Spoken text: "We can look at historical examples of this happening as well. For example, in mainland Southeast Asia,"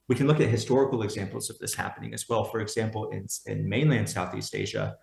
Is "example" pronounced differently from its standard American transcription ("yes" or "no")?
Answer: yes